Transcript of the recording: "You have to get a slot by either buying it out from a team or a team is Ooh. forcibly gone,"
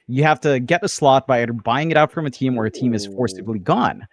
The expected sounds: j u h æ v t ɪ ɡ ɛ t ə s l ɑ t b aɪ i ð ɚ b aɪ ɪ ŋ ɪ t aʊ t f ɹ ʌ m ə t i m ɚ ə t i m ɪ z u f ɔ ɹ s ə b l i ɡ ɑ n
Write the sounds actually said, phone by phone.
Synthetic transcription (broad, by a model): j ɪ h æ f t ɪ ɡ ɛ t ə s l ɑ t b aɪ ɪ ɚ b aɪ ɪ ŋ ɪ t aʊ t f ɹ ʌ m ə t i m ɚ ə t i m ɪ z f ɔ ɹ s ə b l i ɡ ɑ n